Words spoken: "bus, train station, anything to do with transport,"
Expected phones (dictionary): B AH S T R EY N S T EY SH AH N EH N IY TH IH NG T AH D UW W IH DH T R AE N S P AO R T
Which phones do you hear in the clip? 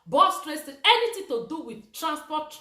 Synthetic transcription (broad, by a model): B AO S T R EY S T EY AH EH N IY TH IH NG T AH D UW W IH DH T R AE N S P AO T